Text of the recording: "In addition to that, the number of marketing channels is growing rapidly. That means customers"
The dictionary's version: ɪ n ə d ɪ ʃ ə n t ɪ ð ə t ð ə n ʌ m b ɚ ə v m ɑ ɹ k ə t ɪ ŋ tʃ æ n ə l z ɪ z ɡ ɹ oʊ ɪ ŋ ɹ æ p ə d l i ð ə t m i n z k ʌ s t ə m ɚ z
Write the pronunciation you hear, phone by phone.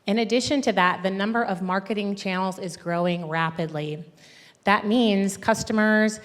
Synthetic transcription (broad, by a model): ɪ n ə d ɪ ʃ ə n t ɪ ð ə t ð ə n ʌ m b ɚ ə v m ɑ ɹ k ə t ɪ ŋ tʃ æ n l z ɪ z ɡ ɹ oʊ ɪ ŋ ɹ æ p ə d l i ð ə t m i n z k ʌ s t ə m ɚ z